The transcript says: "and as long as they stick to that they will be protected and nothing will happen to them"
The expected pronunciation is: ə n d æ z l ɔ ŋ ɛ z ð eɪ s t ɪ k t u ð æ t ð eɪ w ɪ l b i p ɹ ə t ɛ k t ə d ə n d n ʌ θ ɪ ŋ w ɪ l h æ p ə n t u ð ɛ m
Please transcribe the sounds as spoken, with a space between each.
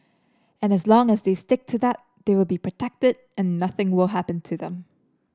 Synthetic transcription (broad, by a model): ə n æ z l ɔ ŋ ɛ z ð eɪ s t ɪ k t u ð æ t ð eɪ w ɪ l b i p ɹ ə t ɛ k t ə d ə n n ʌ θ ɪ ŋ w ɪ l h æ p ə n t u ð ɛ m